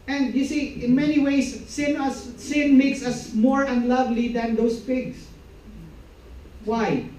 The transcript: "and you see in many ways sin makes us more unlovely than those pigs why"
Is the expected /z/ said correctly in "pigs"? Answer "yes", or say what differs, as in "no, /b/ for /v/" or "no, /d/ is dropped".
no, /s/ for /z/